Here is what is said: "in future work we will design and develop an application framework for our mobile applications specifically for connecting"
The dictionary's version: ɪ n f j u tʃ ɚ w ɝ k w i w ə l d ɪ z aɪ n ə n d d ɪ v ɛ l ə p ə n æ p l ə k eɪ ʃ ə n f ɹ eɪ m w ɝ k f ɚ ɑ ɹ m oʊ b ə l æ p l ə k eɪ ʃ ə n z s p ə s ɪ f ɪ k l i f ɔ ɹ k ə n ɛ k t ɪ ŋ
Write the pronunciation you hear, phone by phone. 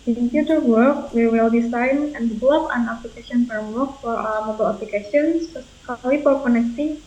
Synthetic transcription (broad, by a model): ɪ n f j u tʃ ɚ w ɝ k w i w ə l d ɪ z aɪ n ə n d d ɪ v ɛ l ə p ə n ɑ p l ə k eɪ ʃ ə n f eɪ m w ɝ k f ɑ ɹ m oʊ b ə l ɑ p l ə k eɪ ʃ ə n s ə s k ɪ l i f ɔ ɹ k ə n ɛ k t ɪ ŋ